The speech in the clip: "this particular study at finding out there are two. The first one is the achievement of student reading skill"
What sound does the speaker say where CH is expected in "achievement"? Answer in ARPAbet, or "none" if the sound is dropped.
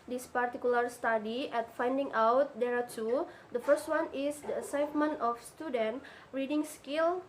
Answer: S